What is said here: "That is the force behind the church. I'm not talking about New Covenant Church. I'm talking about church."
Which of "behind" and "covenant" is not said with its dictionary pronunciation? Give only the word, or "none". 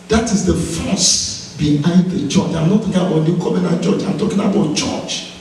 covenant